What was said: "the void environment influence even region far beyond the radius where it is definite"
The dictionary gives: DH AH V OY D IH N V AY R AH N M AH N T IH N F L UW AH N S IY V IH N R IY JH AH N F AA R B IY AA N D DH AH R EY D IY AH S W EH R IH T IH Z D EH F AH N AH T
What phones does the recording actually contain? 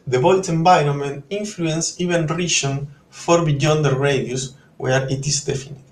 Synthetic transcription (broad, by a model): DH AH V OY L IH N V AY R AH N M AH N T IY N F L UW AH N S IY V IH N R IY SH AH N F AA R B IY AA N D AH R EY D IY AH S W EH R IH T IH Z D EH F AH N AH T